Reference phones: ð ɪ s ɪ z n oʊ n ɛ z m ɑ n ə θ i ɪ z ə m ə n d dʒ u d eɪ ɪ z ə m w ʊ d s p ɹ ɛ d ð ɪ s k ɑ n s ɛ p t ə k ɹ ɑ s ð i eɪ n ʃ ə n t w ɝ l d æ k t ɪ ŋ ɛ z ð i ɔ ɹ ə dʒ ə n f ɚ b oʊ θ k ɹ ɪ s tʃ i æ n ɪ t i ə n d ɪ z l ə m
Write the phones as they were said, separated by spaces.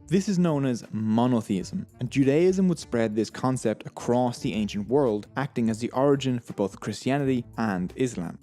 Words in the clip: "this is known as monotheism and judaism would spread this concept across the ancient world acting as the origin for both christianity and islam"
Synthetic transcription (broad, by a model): ð ɪ s ɪ z n oʊ n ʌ z m ɑ n ə θ i ɪ z ə m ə n dʒ u d eɪ ɪ z ə m w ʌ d s p ɹ ɛ d ð ɪ s k ɑ n s ɛ p t ə k ɹ ɑ s ð i eɪ n ʃ ə n t w ɝ l d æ k t ɪ ŋ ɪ z ð i ɔ ɹ ə dʒ ə n f ɚ b oʊ θ k ɹ ɪ s tʃ i æ n ɪ t i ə n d ɪ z l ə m